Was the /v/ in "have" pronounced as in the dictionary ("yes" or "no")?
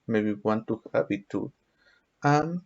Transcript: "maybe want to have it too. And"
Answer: no